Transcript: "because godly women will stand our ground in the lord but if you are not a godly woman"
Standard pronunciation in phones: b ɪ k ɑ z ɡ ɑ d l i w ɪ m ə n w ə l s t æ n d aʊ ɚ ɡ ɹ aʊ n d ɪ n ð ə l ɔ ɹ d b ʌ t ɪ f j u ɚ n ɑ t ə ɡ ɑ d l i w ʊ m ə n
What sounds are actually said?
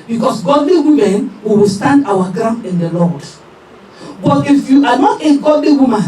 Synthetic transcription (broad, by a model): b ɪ k ɑ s ɡ ɑ d l i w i m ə n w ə w s t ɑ n d aʊ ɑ ɡ ɹ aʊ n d ɪ n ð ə l ɔ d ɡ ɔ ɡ ɪ f j u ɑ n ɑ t ə ɡ ɑ d l i w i m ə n